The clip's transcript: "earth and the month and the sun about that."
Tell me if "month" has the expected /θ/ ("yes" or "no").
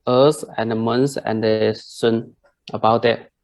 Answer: no